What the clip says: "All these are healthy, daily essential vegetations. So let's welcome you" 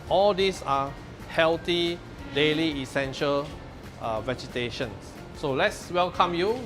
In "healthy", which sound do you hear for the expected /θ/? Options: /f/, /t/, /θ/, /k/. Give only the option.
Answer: /t/